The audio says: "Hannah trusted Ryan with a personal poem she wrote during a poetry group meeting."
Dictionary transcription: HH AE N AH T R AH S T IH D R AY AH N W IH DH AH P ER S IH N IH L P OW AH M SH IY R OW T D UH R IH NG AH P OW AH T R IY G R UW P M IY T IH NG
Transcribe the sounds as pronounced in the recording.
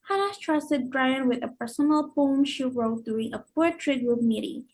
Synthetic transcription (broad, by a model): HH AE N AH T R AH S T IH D R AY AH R W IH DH AH P ER S IH N IH L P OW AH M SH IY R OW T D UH R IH NG AH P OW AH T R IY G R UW B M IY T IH